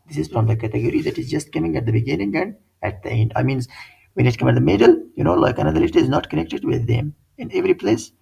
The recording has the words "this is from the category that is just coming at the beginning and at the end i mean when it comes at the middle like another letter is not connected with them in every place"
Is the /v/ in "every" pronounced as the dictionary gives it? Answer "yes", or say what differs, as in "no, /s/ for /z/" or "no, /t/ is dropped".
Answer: yes